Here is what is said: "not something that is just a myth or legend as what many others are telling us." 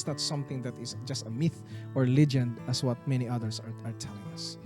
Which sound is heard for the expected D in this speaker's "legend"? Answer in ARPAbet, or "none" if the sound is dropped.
D